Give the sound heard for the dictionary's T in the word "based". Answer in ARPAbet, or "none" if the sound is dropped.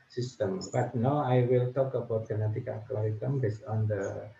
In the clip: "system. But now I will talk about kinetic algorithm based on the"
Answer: none